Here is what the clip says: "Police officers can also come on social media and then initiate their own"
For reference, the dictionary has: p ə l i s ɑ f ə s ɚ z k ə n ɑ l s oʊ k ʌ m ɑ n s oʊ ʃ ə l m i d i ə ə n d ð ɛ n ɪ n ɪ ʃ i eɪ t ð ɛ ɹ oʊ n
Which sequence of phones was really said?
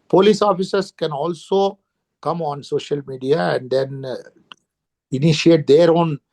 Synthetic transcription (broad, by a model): p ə l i s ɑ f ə s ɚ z k ə n ɑ l s oʊ k ʌ m ɑ n s oʊ ʃ ə l m i d i ə ə n d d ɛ n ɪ n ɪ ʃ i eɪ t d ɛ ɹ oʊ n